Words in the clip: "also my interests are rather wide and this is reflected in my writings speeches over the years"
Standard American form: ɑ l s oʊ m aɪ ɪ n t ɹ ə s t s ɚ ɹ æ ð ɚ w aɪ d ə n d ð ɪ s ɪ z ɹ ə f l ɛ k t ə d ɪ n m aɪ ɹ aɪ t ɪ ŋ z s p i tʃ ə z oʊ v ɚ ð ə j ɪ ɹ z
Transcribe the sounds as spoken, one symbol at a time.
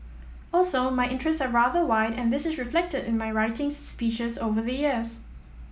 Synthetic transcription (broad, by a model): ɑ l s oʊ m aɪ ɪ n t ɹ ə s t s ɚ ɹ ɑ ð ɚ w aɪ d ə n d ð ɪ s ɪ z ɹ ə f l ɛ k t ə d ɪ n m aɪ ɹ aɪ t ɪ ŋ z s p i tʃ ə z oʊ v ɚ ð ə j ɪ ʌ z